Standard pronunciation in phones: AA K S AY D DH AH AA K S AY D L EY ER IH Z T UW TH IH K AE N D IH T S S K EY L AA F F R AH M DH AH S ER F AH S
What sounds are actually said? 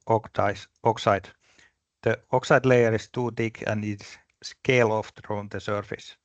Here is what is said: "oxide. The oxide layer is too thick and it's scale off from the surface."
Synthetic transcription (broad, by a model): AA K S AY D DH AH AA K S AY D L EY ER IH S T UW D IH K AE N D IH T S S K EY L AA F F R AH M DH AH S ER F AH S